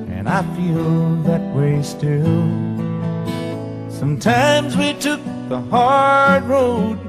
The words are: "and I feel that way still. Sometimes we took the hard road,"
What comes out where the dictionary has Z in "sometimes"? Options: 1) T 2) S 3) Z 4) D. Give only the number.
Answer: 3